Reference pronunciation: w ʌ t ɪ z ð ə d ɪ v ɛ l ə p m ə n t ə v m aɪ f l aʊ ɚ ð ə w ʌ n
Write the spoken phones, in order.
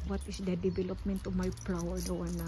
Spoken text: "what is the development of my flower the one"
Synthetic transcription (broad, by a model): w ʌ t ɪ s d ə d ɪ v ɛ l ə p m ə n t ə m aɪ p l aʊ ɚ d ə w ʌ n